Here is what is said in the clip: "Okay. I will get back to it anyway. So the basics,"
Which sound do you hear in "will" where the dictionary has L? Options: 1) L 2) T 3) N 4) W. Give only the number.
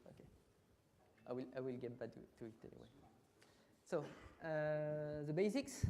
1